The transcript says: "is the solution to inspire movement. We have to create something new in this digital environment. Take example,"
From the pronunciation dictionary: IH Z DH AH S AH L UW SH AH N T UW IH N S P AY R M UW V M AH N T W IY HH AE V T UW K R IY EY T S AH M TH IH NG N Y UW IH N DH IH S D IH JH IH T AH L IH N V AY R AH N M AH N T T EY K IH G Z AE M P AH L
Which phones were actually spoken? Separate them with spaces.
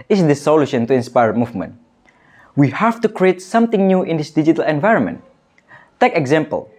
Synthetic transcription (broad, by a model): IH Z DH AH S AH L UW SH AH N T UW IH N S P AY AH M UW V M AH N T W IY HH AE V T UW K R IY EY T S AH M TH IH NG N Y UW IH N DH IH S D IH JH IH T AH L IH N V AY R AH N M AH N T T EY K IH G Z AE M P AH L